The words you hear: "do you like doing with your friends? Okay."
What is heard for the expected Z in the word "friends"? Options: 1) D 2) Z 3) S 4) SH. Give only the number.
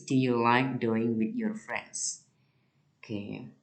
3